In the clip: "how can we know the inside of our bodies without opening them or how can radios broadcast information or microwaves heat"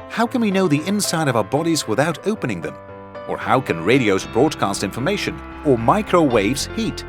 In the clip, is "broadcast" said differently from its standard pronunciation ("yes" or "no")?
no